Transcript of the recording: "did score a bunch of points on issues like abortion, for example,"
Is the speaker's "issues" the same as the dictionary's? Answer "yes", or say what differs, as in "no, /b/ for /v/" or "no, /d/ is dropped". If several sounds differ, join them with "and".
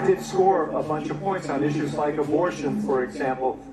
yes